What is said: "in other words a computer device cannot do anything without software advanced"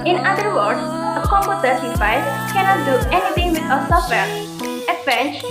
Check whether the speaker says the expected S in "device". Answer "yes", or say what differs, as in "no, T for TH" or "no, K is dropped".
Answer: no, S is dropped